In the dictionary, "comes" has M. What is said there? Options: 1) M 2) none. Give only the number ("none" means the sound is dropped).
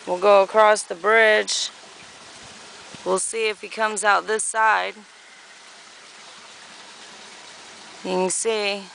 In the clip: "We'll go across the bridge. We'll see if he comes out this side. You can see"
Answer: 1